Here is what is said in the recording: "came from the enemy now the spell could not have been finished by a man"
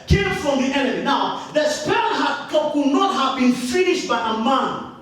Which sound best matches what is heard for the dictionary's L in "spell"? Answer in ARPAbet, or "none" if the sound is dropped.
N